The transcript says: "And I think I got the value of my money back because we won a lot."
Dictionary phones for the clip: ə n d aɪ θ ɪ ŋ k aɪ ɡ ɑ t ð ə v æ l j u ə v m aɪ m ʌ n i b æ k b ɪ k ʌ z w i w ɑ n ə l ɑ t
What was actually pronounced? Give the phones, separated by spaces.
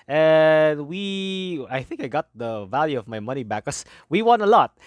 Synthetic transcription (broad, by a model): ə n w aɪ θ ɪ ŋ k aɪ ɡ ɑ t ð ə v æ l j u ə v m aɪ m ʌ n i b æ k k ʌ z w i w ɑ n ə l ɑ t